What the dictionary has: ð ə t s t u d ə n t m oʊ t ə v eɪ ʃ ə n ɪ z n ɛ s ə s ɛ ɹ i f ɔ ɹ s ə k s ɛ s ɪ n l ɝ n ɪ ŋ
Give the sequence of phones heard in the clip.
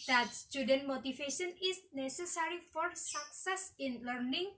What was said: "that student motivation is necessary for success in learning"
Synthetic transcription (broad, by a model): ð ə t s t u d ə n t m oʊ t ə f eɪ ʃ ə n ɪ s n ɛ s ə s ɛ ɹ i f ɔ ɹ s ə k s ɛ s ɪ n l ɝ n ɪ ŋ